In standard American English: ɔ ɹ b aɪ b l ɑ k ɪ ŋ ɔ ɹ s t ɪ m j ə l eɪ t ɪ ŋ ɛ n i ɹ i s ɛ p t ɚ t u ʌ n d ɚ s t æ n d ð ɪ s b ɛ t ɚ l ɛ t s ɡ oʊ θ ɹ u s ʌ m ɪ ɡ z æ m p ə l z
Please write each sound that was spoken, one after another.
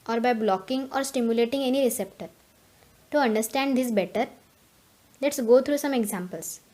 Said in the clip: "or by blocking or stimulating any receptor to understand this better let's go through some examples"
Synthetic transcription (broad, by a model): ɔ ɹ b aɪ b l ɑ k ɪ ŋ ɔ ɹ s t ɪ m j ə l eɪ t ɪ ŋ ɛ n i ɹ i s ɛ p t ɚ t u ʌ n d ɚ s t æ n d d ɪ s b ɛ t ɚ l ɛ t s ɡ oʊ t ɹ u s ʌ m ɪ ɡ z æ m p ə l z